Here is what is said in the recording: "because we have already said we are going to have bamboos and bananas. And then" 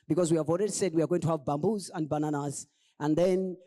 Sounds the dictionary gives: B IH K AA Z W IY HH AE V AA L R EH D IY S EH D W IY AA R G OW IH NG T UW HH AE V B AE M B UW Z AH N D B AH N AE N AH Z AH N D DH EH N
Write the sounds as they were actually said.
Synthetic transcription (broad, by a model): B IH K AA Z W IY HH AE V AA L R EH D IY S EH D W IY AA R G OW IH NG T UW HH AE V B AE M B UW Z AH N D B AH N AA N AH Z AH N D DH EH N